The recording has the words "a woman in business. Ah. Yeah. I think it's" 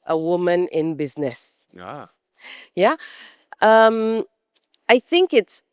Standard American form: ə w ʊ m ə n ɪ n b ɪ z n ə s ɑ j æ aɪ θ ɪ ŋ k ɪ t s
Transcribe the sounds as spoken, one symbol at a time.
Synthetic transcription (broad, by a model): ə w ʊ m ə n ɪ n b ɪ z n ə s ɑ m aɪ θ ɪ ŋ k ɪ t s